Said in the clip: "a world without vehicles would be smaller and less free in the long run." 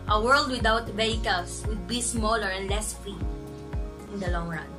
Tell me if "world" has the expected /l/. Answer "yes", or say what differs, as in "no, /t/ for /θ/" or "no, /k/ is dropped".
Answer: yes